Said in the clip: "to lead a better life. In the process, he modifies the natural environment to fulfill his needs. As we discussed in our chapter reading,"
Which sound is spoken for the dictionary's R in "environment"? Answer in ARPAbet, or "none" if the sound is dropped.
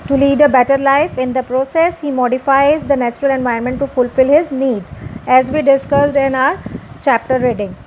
none